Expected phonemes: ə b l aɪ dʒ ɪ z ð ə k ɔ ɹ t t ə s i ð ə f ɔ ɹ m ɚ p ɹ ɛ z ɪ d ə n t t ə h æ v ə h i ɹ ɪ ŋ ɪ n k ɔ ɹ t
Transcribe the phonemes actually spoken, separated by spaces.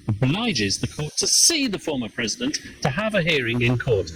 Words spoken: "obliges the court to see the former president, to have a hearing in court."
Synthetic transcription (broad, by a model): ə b l aɪ dʒ ɪ z ð ə k ɔ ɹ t t ə s i ð ə f ɔ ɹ m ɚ p ɹ ɛ z ɪ d ə n t t ə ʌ v ə h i ɹ ɪ ŋ ɪ n k ɔ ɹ t